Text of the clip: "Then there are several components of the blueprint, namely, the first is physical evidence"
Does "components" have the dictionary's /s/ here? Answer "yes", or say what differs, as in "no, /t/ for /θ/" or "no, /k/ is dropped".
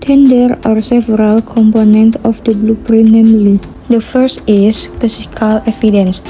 no, /s/ is dropped